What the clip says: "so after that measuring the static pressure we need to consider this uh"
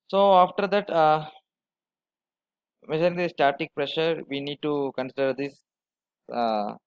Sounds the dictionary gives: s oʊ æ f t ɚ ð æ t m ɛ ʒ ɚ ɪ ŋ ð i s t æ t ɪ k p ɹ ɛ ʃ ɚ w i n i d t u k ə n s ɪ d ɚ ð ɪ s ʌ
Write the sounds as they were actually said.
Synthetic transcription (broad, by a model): s oʊ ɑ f t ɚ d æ t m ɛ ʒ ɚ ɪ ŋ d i s t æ t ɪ k p ɹ ɛ ʃ ɚ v i n i d t u k ə n s ɪ d ɚ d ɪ s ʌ